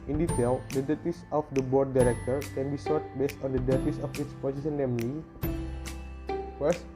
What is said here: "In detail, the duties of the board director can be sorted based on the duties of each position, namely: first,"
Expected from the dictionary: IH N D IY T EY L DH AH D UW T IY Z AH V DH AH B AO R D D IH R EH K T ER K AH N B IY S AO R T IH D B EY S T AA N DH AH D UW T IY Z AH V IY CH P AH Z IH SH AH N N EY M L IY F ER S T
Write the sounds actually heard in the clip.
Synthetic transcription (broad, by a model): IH N D IY T EY L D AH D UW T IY S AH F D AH B AO R D D IH R EH K T ER K AH N B IY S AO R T B EY S T AA N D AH D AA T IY S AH F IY S P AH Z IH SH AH N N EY M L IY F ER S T